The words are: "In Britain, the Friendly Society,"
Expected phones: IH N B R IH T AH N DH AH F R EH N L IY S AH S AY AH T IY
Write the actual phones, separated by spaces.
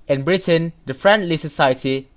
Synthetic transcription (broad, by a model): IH N B R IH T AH N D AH F R EH N L IY S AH S AY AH T IY